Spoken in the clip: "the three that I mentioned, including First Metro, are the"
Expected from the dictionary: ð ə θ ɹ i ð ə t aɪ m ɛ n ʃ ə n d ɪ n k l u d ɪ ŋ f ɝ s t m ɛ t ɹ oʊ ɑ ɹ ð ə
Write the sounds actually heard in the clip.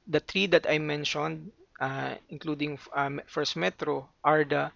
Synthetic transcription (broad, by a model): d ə t ɹ i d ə t aɪ m ɛ n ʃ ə n d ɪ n k l u d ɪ ŋ f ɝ s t m ɛ t ɹ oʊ ɑ ɹ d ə